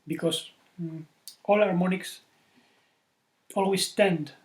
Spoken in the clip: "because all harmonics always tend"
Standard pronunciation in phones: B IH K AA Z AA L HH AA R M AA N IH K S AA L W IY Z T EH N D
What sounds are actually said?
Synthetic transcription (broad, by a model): B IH K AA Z AA L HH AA R M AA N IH K S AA L W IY S T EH N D